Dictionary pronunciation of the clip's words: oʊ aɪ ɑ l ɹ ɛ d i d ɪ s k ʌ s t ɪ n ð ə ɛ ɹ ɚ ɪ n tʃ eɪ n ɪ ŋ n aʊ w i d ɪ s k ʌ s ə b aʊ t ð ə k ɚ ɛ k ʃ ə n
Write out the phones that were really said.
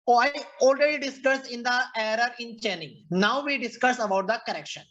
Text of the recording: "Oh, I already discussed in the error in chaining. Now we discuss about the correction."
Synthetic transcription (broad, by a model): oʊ aɪ ɑ l ɹ ɛ d i d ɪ s k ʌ s ɪ n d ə ɛ ɹ ɚ ɪ n tʃ eɪ n ɪ ŋ n aʊ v i d ɪ s k ʌ s ə b aʊ t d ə k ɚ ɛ k ʃ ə n